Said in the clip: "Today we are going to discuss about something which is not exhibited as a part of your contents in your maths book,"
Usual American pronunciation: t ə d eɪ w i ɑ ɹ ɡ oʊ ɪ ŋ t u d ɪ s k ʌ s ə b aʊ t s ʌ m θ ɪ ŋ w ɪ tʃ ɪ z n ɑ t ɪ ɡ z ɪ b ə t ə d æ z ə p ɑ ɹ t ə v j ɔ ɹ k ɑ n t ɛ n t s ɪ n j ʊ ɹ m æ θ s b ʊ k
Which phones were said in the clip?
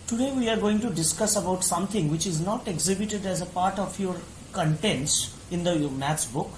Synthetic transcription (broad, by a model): t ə d eɪ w i ɑ ɹ ɡ oʊ ɪ ŋ t u d ɪ s k ʌ s ə b aʊ t s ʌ m t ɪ ŋ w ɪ tʃ ɪ z n ɑ t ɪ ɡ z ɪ b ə t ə d æ z ə p ɑ ɹ t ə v j ɔ ɹ k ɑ n t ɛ n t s ɪ n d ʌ m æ t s b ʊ k